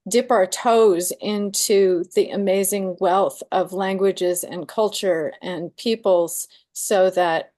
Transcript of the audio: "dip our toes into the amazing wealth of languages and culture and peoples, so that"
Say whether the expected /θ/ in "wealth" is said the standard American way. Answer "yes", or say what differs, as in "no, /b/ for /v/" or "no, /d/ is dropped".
yes